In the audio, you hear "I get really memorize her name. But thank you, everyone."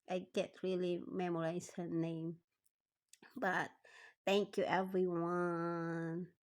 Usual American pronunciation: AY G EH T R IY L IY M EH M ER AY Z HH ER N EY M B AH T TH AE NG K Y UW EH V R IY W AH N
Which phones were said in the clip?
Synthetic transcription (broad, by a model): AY G EH T R IY L IY M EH M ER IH S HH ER N EY M B AH T TH AE NG K Y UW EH V R IY W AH N